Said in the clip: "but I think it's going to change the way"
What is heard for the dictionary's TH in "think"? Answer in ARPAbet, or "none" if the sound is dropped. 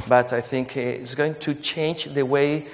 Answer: TH